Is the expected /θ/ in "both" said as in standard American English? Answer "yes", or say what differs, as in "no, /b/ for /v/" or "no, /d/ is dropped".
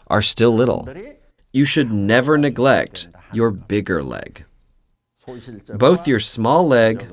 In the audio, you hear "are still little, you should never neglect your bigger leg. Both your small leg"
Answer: yes